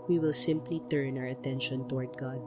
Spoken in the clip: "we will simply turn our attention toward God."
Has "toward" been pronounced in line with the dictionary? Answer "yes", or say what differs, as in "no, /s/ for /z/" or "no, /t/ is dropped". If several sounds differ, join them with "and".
yes